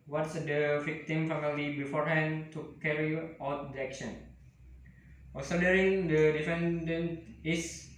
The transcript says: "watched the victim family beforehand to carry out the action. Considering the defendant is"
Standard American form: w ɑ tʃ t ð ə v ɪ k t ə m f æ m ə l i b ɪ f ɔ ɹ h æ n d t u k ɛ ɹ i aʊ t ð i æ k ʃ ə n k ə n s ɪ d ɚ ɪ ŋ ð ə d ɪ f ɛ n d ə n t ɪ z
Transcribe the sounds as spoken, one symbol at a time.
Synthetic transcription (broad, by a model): w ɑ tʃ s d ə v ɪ k t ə m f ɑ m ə l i b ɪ f ɔ ɹ h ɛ n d t u k ɛ ɹ i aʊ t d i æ k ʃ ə n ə l s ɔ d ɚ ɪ ŋ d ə d ɪ f ɛ n d ə n t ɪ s